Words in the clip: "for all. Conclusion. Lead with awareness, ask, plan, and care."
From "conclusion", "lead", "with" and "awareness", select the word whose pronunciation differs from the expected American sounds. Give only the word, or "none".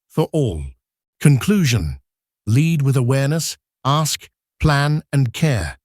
none